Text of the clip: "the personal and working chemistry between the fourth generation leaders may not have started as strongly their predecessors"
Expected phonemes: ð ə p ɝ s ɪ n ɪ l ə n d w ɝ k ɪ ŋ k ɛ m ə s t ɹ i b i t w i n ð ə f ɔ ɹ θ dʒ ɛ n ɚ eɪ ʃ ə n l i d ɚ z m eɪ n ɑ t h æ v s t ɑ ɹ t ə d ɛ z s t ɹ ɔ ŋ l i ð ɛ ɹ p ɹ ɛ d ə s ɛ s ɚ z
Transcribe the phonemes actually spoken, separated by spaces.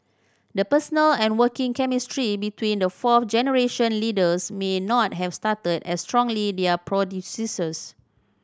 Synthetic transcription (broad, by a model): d ə p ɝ s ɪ n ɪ l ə n w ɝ k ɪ ŋ k ɛ m ə s t ɹ i b i t w i n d ə f ɔ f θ dʒ ɛ n ɚ eɪ ʃ ə n l i d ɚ s m eɪ n ɑ t h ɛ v s t ɑ t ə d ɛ s t ɹ ɔ ŋ l i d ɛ p ɹ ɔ d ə s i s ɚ s